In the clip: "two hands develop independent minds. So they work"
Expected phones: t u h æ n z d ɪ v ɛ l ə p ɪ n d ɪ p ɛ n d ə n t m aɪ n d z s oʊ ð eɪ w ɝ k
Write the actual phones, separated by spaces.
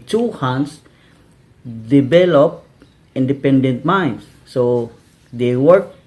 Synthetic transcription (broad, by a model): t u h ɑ n s d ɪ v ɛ l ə p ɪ n d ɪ p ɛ n d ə n t m aɪ n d s oʊ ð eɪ w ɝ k